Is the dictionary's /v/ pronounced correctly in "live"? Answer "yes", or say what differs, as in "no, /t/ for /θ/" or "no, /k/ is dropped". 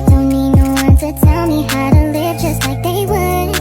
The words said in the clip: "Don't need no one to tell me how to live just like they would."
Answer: yes